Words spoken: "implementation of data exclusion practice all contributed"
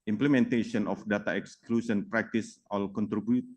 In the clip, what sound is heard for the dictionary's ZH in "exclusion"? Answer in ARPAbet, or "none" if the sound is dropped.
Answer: S